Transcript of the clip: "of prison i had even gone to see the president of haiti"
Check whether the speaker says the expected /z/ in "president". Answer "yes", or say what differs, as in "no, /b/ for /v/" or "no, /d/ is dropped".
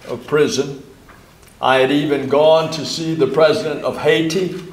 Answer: yes